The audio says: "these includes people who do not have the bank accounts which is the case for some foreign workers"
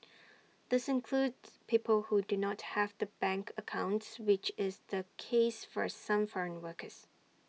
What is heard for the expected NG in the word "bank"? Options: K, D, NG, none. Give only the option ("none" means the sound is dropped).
NG